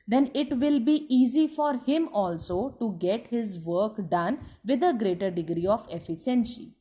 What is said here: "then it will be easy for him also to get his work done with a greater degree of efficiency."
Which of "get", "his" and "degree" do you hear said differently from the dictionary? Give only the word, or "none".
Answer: none